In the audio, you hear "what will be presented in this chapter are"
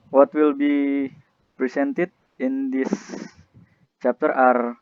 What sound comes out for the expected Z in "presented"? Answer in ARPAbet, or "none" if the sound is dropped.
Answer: S